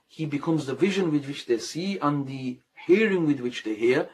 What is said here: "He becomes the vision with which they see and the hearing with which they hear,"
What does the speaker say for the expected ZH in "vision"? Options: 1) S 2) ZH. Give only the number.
2